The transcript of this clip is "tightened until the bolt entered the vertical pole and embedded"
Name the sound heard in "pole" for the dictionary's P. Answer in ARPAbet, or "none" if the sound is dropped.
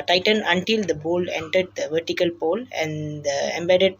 P